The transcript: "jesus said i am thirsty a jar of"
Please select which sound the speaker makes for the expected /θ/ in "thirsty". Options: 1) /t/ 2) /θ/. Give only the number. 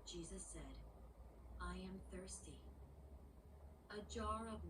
2